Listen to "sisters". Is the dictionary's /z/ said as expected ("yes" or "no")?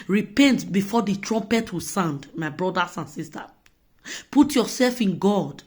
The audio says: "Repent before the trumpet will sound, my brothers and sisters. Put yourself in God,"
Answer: no